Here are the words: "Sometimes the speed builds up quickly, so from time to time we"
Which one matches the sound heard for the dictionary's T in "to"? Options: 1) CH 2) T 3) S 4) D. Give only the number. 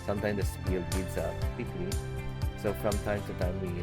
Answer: 3